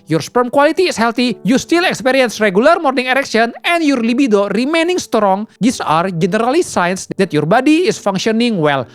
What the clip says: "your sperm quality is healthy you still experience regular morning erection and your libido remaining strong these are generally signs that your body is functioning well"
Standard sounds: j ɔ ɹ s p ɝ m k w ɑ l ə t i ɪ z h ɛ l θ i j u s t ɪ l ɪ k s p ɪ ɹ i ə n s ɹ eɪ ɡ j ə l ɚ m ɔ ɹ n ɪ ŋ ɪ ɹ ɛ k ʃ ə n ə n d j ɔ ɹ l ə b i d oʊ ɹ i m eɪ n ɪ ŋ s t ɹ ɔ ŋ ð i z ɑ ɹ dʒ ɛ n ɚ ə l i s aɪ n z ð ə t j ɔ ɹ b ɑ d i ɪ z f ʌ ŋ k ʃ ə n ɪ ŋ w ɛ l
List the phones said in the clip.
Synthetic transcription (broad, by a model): j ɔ ɹ s p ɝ m k w ɑ l ə t i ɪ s h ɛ l t i j u s t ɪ l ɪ k s p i ɹ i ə n s ɹ eɪ ɡ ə l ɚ m ɔ ɹ n ɪ ŋ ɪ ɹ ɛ k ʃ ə n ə n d j ɔ ɹ l ə b i d oʊ ɹ i m eɪ n ɪ ŋ s t ɹ ɔ ŋ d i s ɑ ɹ dʒ ɛ n ɚ ə l i s aɪ n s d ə t j ɔ ɹ b ɑ d i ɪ s f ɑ ŋ k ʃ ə n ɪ ŋ w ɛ l